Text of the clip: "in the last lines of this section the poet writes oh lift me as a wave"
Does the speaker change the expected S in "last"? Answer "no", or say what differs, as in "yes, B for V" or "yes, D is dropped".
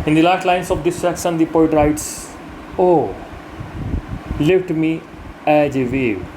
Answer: yes, S is dropped